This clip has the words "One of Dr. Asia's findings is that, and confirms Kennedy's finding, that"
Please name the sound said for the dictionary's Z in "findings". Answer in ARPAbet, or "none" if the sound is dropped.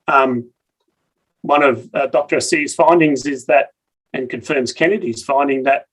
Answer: Z